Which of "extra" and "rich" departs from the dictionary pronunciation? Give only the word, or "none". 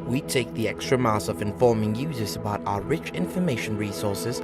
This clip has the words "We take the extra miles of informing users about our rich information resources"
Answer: none